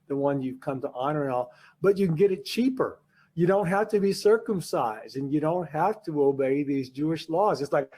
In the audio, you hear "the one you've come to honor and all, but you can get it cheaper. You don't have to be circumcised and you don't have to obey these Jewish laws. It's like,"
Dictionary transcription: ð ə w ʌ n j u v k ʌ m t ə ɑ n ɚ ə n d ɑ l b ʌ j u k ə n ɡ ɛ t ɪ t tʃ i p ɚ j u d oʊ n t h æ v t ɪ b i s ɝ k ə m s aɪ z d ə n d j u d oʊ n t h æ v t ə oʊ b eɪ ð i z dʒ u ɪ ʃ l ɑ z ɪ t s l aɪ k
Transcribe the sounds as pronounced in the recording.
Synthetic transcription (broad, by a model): ð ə w ʌ n j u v k ʌ m t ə ɑ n ɚ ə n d ɑ l b ʌ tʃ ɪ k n ɡ ɛ t ɪ t tʃ i p ɚ j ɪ d oʊ n t h æ f t ɪ b i s ɝ k ə m s aɪ z d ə n j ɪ d oʊ n t h æ f t ə oʊ b eɪ ð i z dʒ u ɪ ʃ l ɑ z ɪ t s l aɪ k